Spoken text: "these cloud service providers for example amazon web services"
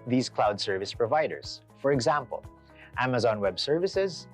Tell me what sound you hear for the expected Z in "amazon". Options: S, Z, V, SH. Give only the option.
Z